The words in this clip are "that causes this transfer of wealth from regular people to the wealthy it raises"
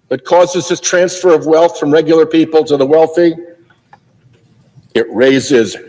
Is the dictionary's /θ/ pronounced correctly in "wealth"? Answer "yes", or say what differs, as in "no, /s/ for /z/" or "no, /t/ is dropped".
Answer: yes